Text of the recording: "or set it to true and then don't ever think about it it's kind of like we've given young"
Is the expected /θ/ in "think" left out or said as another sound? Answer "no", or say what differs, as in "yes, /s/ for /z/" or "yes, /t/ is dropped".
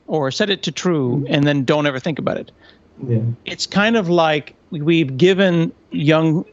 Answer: no